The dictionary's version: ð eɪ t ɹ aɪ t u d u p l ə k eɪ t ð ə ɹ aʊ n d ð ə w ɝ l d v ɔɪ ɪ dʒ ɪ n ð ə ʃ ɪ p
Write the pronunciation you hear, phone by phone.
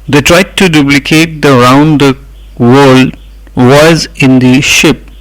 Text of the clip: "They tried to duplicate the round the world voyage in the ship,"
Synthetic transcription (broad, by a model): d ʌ t ɹ aɪ t u d u p l ə k eɪ t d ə ɹ aʊ n d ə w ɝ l d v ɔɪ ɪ z ɪ n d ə ʃ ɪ p